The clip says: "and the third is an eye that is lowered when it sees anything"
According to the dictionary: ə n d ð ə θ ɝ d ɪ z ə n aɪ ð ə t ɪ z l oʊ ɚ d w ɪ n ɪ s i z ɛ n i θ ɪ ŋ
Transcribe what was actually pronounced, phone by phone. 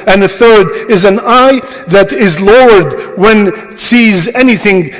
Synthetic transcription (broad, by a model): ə n ð ə θ ɝ d ɪ z ə n aɪ ð ə t ɪ z l oʊ ɚ d w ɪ n s i z ɛ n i θ ɪ ŋ